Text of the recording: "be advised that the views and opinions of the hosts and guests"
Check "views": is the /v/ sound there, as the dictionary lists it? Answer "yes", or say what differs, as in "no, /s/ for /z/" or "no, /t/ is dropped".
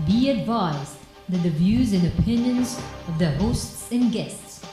yes